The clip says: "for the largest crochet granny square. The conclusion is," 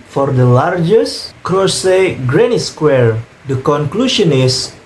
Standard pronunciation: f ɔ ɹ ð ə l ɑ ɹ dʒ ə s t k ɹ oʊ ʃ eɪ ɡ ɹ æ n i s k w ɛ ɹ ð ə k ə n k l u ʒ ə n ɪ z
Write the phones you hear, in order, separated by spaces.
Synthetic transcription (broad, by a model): f ɔ ɹ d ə l ɑ ɹ dʒ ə s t k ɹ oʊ s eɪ ɡ ɹ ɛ n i s k w ɛ ɹ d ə k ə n k l u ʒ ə n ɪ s